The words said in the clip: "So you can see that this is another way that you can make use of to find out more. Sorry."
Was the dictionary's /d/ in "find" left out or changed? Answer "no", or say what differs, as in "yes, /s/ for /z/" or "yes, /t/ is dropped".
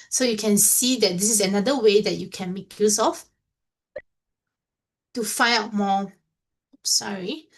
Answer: yes, /d/ is dropped